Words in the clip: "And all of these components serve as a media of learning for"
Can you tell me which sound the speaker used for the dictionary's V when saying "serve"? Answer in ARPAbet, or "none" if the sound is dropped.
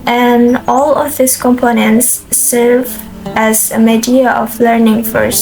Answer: V